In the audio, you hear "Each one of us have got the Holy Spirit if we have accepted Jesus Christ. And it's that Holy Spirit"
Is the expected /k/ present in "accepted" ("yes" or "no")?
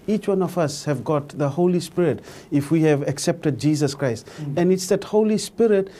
yes